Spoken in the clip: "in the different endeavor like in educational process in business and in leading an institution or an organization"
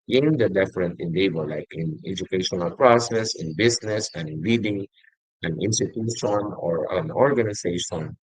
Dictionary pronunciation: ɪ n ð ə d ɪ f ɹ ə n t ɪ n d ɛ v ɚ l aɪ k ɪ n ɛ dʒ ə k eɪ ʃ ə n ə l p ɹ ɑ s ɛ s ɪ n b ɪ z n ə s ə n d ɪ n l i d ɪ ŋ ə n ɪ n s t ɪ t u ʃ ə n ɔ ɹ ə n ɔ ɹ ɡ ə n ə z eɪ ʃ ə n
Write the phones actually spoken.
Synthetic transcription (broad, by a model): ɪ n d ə d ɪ f ɹ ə n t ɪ n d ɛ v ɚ l aɪ k ɪ n ɛ dʒ ə k eɪ ʃ ə n ə l p ɹ ɑ s ɛ s ɪ n b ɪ s n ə s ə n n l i d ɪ ŋ ə n ɪ n s t ɪ t u ʃ ə n ɔ ɹ ə n ɔ ɹ ɡ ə n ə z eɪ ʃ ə n